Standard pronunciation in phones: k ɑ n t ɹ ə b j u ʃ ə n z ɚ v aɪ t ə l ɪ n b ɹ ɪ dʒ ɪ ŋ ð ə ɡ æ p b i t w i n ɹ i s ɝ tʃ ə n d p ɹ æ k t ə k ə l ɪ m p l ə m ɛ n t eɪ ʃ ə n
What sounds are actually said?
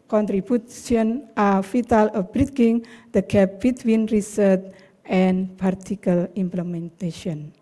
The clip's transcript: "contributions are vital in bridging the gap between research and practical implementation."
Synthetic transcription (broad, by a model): k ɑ n t ɹ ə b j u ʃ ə n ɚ f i t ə l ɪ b ɹ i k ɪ ŋ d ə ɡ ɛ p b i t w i n ɹ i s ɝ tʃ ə n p ɑ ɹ t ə k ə l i m p l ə m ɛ n t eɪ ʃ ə n